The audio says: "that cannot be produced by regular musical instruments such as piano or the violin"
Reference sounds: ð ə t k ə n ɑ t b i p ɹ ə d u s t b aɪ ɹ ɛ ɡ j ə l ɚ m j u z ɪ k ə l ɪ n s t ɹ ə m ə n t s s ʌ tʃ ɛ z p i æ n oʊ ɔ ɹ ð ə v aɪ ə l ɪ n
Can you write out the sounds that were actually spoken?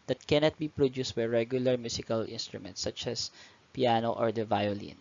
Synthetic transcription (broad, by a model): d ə t k ə n ɑ t b i p ɹ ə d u s t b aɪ ɹ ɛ ɡ j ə l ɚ m j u s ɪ k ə l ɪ n s t ɹ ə m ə n t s s ʌ tʃ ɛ s p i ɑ n oʊ ɔ ɹ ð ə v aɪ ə l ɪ n